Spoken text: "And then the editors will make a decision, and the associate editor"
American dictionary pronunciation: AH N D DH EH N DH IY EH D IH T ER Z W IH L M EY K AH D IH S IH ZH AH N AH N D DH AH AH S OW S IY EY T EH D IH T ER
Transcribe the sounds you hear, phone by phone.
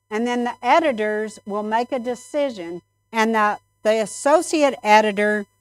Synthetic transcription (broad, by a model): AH N DH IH N DH IY EH D IH T ER Z W IH L M EY K AH D IH S IH ZH AH N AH N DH DH AH AH S OW S IY EY T EH D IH T ER